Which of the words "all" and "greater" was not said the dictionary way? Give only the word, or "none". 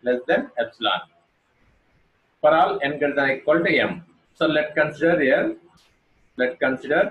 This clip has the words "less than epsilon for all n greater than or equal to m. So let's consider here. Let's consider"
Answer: greater